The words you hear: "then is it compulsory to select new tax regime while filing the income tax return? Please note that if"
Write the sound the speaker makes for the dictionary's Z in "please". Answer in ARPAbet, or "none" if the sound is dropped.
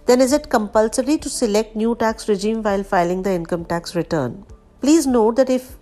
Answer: Z